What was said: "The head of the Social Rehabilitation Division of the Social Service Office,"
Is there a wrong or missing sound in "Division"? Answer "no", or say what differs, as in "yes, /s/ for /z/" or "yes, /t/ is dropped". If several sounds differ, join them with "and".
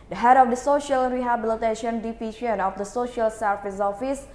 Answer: yes, /f/ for /v/ and /ʃ/ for /ʒ/